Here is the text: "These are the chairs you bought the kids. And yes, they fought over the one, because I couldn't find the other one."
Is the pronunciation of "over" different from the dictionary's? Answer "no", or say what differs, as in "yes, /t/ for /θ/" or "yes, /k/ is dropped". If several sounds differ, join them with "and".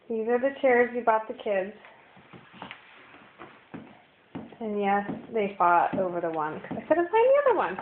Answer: no